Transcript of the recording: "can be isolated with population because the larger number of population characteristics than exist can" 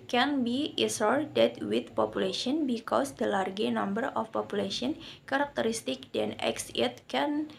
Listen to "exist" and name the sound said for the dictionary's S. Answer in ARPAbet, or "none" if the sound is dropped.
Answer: none